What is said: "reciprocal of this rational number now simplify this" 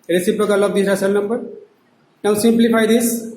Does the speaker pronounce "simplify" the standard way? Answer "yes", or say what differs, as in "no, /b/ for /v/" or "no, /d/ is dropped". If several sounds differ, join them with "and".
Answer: no, /p/ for /f/